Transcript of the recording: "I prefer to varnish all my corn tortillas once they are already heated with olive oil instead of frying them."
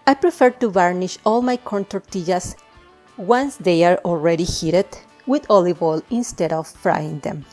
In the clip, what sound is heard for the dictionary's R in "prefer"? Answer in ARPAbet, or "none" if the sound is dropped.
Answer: R